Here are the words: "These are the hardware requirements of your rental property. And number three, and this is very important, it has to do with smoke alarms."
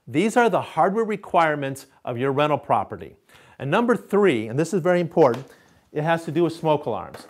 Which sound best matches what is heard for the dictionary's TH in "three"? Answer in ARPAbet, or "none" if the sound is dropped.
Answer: TH